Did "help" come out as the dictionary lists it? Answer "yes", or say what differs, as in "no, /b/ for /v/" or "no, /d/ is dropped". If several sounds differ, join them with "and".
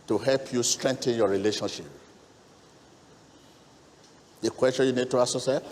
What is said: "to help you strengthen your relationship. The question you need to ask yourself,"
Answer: yes